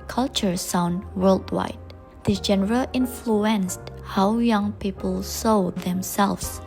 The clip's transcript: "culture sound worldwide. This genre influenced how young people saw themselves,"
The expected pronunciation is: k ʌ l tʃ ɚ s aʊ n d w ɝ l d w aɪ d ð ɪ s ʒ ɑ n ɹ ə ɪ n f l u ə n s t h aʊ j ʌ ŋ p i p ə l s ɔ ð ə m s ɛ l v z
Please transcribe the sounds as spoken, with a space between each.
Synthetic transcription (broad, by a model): k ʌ l tʃ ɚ s aʊ n d w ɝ l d w aɪ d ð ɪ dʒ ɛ n ɹ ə ɪ n f l u ə n s t h aʊ j ʌ ŋ p i p ə l s ɔ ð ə m s ɛ l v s